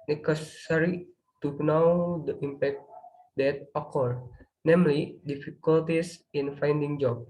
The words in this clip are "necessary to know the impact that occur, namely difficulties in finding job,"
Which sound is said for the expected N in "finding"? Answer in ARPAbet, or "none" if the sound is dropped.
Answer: N